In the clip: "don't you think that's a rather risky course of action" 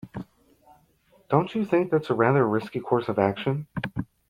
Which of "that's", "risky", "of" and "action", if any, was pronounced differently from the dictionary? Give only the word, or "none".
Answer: none